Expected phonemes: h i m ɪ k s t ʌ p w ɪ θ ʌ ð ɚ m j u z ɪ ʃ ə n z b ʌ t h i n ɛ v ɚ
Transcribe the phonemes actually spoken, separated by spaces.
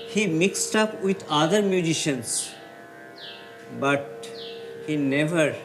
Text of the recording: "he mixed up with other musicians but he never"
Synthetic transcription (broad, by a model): h i m ɪ k s t ʌ p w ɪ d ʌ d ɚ m j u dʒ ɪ ʃ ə n s b ʌ t h i n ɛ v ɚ